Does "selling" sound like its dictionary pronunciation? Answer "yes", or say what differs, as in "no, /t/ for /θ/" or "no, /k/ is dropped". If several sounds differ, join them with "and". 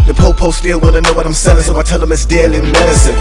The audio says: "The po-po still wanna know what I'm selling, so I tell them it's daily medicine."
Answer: no, /l/ is dropped